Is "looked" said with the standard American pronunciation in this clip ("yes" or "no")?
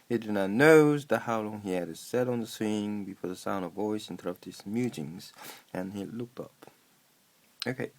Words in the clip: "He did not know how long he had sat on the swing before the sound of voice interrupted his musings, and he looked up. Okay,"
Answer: yes